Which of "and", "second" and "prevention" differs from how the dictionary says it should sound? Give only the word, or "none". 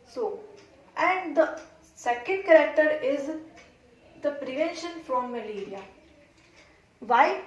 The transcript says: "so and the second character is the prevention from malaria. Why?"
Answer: none